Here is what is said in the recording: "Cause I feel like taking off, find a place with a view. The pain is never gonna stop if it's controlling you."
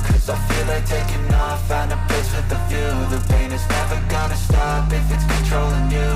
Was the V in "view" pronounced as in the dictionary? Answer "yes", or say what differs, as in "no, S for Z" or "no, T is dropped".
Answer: no, F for V